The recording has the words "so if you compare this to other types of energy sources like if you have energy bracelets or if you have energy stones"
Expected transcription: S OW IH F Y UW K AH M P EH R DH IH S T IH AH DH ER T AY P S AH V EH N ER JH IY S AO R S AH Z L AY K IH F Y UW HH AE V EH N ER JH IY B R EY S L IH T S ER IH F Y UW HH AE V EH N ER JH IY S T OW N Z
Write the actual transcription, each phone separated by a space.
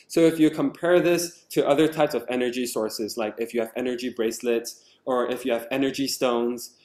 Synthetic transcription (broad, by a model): S OW IH F Y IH K AH M P EH R DH IH S T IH AH DH ER T AY P S AH V EH N ER JH IY S AO R S AH Z L AY K IH F Y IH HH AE V EH N ER JH IY B R EY S L IH T S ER IH F Y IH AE V EH N ER JH IY S T OW N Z